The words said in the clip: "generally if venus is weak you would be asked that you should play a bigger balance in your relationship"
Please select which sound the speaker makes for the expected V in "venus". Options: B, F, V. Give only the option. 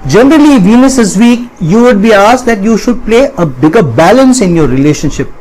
V